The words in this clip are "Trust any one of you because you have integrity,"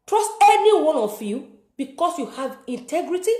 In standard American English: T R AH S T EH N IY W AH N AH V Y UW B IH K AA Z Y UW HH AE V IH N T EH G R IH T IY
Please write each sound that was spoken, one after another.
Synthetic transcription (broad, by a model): T R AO S T EH N IY W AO N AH F Y UW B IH K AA S Y UW HH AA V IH N T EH G R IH T IY